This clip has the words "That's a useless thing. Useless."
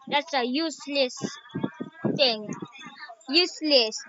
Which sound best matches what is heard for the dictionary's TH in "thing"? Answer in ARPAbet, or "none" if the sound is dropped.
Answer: T